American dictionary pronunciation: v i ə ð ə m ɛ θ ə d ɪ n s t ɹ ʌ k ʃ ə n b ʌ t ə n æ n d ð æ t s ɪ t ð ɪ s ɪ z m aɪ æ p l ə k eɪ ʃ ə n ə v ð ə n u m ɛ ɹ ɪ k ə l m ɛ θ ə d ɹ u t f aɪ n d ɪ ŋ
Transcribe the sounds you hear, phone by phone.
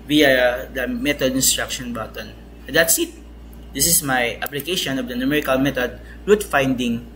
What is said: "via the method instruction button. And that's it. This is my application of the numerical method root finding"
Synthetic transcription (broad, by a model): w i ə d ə m ɛ t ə d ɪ n s t ɹ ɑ k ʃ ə n b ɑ t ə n n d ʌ t s ɪ t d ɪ s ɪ s m aɪ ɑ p l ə k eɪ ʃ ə n ə v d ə n u m ɛ ɹ ɪ k ə l m ɛ t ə d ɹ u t f aɪ n d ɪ ŋ